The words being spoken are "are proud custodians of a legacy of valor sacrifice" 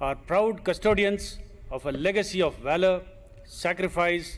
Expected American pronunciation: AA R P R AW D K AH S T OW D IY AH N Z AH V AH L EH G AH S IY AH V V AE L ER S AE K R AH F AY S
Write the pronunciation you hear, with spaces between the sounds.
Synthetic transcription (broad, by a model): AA R P R AW D K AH S T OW D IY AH N S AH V AH L EH G AH S IY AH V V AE L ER S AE K R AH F AY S